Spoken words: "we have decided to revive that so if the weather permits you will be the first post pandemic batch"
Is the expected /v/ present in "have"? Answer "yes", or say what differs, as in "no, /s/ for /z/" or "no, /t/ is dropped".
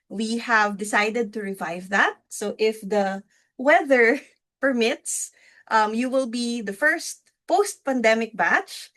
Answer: yes